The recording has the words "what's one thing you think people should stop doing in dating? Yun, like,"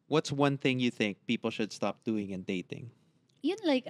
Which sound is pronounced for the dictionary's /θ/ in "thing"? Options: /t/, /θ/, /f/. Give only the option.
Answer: /θ/